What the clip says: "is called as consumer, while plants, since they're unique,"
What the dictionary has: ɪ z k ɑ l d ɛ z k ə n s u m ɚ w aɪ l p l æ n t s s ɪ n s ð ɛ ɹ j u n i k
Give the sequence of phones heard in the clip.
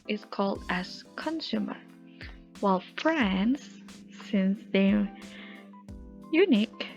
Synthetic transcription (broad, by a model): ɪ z k ɑ l d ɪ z k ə n s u m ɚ w aɪ l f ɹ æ n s s ɪ n s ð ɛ j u n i k